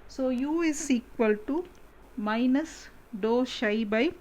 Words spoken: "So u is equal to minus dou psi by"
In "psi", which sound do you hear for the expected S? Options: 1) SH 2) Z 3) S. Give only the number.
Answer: 1